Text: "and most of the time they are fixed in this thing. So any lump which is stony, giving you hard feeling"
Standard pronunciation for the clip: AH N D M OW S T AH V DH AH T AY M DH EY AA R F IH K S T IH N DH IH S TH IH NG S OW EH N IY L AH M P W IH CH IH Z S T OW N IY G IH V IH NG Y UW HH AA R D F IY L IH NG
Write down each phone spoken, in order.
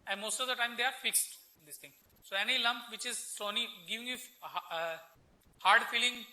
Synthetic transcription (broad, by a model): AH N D M OW S T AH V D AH T AY M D EY AA R F IH K S T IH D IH S T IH NG S OW EH N IY L AH M P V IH CH IH Z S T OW N IY G IH V IH NG Y UW HH AA R D F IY L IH NG